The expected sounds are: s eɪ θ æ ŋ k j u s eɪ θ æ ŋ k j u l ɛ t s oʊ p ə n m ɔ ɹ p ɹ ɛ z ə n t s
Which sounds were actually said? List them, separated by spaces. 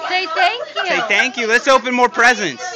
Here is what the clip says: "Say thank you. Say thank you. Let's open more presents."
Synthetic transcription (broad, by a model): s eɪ t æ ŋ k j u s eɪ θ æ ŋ k j u l ɛ t s oʊ p ə n m ɔ ɹ p ɹ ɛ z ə n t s